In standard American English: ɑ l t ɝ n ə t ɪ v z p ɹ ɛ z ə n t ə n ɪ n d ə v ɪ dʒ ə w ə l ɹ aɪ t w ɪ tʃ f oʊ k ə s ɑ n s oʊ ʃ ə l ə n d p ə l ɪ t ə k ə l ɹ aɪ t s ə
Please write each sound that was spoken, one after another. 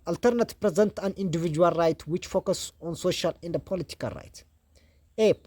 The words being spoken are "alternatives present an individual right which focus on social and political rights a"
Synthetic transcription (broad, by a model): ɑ l t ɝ n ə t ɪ p ɹ ɛ z ə n t ə n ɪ n d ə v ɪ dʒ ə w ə l ɹ aɪ t w ɪ tʃ f oʊ k ə s ɑ n s oʊ ʃ ə l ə n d p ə l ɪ t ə k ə l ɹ aɪ t ə